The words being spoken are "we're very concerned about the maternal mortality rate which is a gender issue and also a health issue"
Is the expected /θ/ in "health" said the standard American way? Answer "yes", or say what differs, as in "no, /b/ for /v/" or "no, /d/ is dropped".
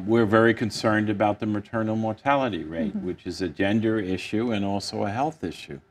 yes